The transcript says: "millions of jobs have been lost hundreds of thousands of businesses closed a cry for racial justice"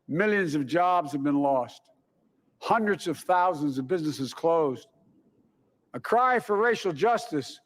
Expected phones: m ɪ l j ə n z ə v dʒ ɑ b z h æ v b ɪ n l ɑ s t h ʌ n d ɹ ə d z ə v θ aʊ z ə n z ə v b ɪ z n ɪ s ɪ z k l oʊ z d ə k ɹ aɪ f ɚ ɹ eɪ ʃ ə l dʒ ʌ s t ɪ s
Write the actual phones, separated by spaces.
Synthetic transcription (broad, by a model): m ɪ l j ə n z ə v dʒ ɑ b z h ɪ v b ɪ n l ɑ s t h ʌ n d ɹ ə d z ə v θ aʊ z ə n z ə v b ɪ z n ɪ s ɪ z k l oʊ z d ə k ɹ aɪ f ɚ ɹ eɪ ʃ l dʒ ʌ s t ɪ s